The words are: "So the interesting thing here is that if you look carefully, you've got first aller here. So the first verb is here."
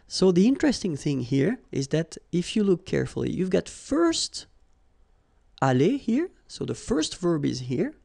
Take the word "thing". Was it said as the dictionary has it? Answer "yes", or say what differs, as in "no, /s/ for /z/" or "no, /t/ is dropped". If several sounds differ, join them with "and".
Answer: yes